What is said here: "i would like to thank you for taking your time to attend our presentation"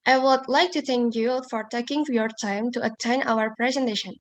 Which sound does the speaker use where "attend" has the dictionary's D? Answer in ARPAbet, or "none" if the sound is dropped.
none